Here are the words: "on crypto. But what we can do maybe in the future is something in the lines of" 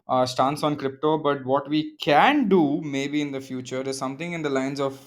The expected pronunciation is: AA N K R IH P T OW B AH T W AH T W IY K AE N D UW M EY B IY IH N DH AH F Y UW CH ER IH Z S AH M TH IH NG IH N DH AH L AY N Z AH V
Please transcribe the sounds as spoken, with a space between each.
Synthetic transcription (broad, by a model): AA N K R IH P T OW B AH T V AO T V IY K AE N D UW M EY B IY IH N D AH F Y UW CH ER IH Z S AH M T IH NG IH N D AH L AY N Z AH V